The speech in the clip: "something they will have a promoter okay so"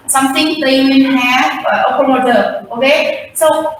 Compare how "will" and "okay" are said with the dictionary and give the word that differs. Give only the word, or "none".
will